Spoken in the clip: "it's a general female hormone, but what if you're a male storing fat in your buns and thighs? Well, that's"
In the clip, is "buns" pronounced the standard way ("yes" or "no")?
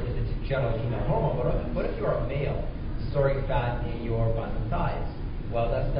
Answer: no